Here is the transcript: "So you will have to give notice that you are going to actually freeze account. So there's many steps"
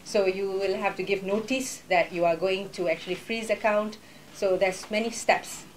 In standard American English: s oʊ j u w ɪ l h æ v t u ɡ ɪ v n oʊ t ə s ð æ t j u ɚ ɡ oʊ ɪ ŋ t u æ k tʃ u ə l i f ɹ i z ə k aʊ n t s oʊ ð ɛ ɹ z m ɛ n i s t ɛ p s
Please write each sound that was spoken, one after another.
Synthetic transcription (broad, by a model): s oʊ j u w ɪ l h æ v t u ɡ ɪ v n oʊ t ə s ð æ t j u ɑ ɡ oʊ ɪ ŋ t u æ k tʃ u ə l i f ɹ i z ə k aʊ n t s oʊ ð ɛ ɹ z m ɛ n i s t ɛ p s